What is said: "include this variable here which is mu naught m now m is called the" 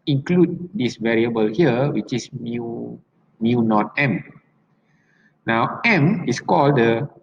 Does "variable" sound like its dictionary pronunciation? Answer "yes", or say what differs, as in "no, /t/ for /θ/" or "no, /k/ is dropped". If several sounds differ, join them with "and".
yes